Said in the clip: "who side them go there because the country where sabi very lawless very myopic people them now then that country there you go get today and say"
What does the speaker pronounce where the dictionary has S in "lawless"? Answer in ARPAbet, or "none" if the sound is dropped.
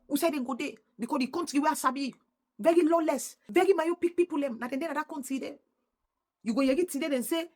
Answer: S